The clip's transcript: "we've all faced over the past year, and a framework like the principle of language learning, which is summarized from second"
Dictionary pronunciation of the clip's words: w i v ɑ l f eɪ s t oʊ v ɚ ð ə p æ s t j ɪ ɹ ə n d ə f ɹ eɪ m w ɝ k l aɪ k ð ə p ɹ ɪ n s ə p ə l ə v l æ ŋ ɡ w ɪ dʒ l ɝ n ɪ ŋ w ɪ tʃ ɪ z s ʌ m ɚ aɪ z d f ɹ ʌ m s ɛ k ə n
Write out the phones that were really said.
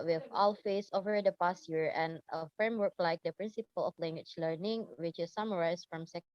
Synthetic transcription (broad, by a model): w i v ɑ l f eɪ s oʊ v ɚ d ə p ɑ s t j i ɹ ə n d ə f ɹ eɪ m w ɝ k l aɪ k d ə p ɹ ɪ n s ə p ə l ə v l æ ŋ ɡ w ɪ tʃ l ɝ n ɪ ŋ w ɪ tʃ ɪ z s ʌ m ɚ aɪ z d f ɹ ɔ m s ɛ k